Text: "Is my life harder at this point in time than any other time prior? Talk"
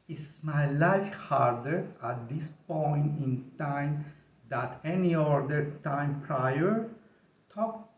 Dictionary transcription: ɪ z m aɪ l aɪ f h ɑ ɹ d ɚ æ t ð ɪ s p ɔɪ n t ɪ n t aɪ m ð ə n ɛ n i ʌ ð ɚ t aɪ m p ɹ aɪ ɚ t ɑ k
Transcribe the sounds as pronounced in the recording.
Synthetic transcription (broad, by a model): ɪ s m aɪ l aɪ f h ɑ ɹ d ɚ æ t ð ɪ s p ɔɪ n t ɪ n t aɪ m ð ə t ɛ n i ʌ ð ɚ t aɪ m p ɹ aɪ ɚ t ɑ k